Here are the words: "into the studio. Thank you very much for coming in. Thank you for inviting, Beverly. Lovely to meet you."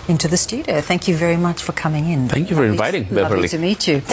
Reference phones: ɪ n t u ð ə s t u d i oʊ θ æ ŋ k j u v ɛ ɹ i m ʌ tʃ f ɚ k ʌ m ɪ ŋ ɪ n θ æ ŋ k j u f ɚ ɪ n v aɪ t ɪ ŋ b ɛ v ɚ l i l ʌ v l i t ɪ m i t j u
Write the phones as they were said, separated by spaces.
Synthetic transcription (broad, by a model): ɪ n t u ð ə s t u d i oʊ θ æ ŋ k j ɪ v ɛ ɹ i m ʌ tʃ f ɚ k ʌ m ɪ ŋ ɪ n θ æ ŋ k j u f ɚ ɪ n v aɪ t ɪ ŋ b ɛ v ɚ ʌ l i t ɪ m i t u